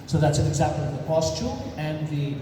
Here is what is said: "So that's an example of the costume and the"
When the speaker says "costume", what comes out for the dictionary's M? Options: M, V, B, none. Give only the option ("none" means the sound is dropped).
none